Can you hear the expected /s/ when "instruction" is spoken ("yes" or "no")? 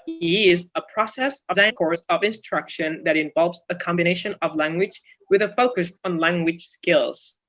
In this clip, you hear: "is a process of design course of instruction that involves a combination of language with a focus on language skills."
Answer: yes